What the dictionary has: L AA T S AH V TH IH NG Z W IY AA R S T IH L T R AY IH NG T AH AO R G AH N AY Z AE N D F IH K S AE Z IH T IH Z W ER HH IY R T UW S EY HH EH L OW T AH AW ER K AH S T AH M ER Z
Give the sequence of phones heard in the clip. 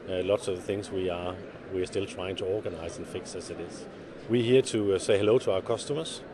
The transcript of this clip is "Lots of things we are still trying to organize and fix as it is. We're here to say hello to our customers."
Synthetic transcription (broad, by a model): L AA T S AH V TH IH NG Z W IY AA W S T IH L T R AY IH NG T AH AO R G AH N AY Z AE N F IH K S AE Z IH T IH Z W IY HH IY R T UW S EY HH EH L OW T AH AW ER K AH S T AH M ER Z